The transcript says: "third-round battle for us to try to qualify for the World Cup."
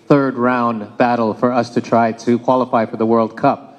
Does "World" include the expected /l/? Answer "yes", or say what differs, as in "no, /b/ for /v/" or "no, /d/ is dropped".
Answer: yes